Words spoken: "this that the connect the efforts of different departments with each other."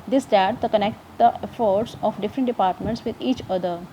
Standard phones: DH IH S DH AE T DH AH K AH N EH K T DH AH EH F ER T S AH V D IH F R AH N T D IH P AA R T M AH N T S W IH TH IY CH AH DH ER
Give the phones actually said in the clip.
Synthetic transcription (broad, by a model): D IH S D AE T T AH K AH N EH K T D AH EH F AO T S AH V D IH F R AH N T D IH P AA R T M AH N T S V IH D IY CH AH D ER